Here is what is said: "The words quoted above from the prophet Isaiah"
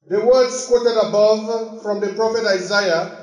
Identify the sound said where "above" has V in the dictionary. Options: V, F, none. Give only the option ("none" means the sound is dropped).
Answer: V